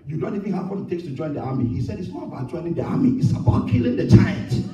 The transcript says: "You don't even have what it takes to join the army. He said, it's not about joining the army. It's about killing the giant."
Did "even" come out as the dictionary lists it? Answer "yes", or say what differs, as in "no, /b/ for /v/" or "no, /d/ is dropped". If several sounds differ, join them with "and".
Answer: no, /f/ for /v/